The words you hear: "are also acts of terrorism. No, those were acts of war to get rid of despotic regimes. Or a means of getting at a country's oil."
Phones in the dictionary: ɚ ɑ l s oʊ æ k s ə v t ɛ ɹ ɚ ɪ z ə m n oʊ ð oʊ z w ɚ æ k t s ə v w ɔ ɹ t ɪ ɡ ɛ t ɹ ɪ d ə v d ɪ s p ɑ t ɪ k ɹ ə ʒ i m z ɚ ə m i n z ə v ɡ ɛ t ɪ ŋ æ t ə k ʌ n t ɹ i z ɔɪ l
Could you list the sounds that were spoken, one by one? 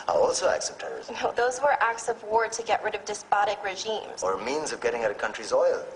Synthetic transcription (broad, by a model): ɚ ɑ l s oʊ æ k s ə p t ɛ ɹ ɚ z n oʊ ð oʊ z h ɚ æ k t s ə v w ɔ ɹ t ɪ ɡ ɛ t ɹ ɪ d ə v d ɪ s p ɑ t ɪ k ɹ ə ʒ i m z ɚ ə m i n z ə v ɡ ɛ t ɪ ŋ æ t ə k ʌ n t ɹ i z ɔɪ l